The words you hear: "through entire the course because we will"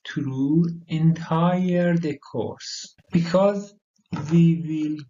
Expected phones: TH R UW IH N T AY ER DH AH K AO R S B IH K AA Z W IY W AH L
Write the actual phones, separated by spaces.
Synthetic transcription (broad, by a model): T R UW IH N T AY ER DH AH K AO R S B IH K AA Z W IY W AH L